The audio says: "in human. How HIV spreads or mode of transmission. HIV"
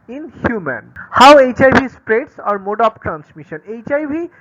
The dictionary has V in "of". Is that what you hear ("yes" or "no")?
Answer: no